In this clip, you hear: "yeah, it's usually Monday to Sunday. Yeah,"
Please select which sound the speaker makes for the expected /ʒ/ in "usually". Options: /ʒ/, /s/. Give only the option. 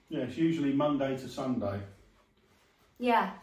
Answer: /ʒ/